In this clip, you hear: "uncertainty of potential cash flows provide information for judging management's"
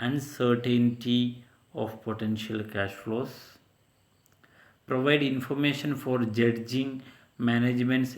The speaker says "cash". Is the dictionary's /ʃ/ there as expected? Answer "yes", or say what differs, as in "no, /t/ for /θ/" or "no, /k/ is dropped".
yes